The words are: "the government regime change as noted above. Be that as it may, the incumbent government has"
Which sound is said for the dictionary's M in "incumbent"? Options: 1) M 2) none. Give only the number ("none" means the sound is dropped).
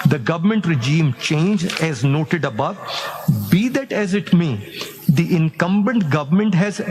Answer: 1